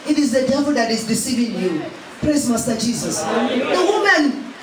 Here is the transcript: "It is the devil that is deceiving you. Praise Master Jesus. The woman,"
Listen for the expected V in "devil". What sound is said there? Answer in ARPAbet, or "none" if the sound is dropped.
P